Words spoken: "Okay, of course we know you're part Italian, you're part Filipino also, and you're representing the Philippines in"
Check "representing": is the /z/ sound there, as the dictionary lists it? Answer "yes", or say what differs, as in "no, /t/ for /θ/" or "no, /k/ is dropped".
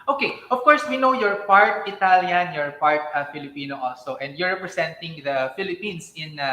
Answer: no, /s/ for /z/